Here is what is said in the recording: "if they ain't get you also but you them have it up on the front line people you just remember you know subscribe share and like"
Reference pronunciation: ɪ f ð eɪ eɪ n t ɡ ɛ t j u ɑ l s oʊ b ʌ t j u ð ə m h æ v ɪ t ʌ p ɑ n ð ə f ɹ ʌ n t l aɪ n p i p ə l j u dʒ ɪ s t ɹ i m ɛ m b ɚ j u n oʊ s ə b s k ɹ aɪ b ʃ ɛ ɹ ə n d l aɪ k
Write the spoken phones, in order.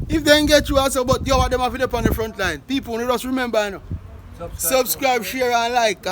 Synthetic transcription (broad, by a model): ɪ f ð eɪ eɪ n ɡ ɛ t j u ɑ s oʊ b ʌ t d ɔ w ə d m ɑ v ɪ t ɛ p ɑ n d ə f ɹ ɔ n t l aɪ n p i p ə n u dʒ ɪ s t ɹ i m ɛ m b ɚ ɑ n oʊ s ə b s k ɹ aɪ b ʃ ɛ ɹ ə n l aɪ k